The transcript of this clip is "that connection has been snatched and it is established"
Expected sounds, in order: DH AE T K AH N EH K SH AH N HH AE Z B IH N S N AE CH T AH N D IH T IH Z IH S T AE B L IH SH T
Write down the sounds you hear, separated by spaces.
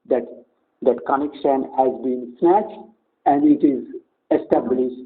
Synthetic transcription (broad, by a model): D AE T K AH N EH K SH AH N HH AE Z B IH N S N AE CH T AH N D IH T IH Z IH S T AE B L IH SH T